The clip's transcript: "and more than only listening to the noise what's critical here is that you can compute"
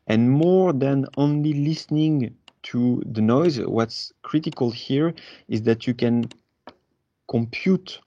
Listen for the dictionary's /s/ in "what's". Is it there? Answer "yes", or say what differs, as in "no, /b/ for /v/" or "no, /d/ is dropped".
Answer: yes